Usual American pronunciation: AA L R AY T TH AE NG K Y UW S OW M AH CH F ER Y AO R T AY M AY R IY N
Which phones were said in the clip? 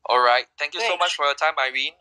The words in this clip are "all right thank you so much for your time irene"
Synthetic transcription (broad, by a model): AA L R AY T T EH NG K Y UW S OW M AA CH F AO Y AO T AY M AY R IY N